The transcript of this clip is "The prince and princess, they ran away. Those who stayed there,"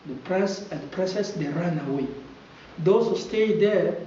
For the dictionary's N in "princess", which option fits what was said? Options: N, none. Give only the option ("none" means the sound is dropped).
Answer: none